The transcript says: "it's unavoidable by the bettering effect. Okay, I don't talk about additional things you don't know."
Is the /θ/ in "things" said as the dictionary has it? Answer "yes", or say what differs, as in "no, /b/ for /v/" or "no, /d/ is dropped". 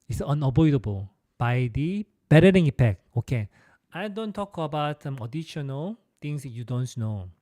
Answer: no, /t/ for /θ/